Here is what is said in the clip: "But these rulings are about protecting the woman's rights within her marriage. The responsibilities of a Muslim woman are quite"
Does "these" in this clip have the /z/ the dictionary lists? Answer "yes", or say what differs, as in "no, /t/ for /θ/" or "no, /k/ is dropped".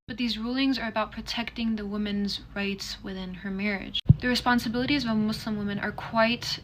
yes